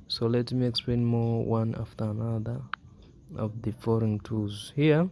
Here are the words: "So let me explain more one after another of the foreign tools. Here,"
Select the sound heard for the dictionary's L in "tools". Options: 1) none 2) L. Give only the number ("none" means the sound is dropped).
1